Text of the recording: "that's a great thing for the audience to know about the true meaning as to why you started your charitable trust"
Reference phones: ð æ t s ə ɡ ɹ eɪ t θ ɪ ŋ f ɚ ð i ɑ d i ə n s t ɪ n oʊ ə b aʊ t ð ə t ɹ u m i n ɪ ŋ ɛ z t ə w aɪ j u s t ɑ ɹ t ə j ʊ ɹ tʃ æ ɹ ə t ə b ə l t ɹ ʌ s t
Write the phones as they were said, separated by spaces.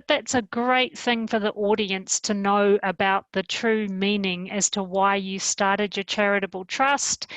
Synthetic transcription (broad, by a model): ð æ t s ə ɡ ɹ eɪ t θ ɪ ŋ f ɚ ð i ɑ d i ə n s t ɪ n oʊ ə b aʊ t ð ə t ɹ u m i n ɪ ŋ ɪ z t ə w aɪ j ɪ s t ɑ ɹ t ə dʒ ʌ ɹ tʃ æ ɹ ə t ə b l t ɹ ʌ s t